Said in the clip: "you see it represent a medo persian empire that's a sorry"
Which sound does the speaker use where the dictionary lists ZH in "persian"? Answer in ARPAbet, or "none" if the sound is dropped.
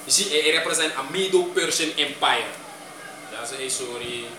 S